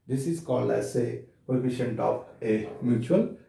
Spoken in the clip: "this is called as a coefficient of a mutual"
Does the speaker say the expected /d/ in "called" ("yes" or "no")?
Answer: no